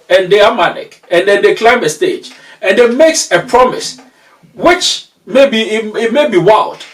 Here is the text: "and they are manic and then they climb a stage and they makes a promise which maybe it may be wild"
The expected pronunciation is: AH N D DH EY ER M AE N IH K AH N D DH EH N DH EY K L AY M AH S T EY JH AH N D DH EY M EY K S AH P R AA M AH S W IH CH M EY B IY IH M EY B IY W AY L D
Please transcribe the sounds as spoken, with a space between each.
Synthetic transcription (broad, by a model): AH N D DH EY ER M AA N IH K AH N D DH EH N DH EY K L AY M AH S T EY JH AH N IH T M EY K S AH P R AA M AH S W IH CH M EY B IY IH M EY B IY W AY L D